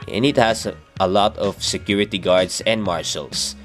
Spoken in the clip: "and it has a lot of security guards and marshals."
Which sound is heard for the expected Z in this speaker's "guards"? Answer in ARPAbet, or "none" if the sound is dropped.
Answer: S